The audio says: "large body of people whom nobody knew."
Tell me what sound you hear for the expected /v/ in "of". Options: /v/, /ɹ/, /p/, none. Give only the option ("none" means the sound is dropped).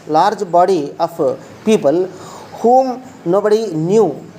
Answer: /p/